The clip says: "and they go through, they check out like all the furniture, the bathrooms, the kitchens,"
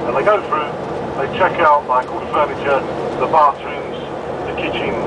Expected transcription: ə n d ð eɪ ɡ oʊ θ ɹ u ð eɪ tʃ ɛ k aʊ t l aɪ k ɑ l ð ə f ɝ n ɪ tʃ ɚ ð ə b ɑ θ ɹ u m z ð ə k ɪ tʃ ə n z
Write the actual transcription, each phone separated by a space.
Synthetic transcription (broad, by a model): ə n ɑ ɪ ɡ oʊ θ ɹ u ð eɪ tʃ ɛ k aʊ t l aɪ k ɑ l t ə f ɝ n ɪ tʃ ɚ ð ə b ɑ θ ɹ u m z ð ə k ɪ tʃ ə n